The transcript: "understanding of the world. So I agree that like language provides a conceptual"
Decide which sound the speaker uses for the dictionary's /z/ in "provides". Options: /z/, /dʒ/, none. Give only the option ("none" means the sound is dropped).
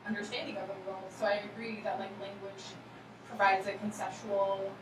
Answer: /z/